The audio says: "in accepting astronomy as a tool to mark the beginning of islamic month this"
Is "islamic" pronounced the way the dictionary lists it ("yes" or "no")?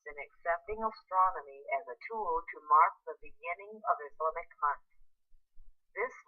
no